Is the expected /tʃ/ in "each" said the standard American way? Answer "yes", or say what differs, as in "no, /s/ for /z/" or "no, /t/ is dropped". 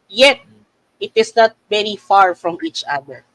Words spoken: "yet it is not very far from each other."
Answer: yes